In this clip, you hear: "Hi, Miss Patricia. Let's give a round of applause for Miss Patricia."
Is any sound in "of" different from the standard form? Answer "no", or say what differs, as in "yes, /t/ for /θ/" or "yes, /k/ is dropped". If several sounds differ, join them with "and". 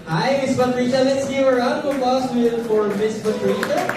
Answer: yes, /p/ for /v/